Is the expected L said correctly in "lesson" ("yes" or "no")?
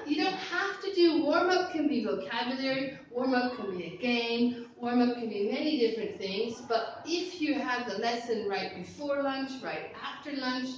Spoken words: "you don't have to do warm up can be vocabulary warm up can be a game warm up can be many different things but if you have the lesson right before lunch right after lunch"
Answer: yes